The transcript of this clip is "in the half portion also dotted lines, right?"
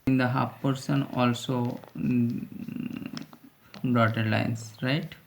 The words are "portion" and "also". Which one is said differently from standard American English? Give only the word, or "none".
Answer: portion